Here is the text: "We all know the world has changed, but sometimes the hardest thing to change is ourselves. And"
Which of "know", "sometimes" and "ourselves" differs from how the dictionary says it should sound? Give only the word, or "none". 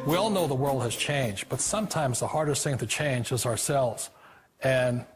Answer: none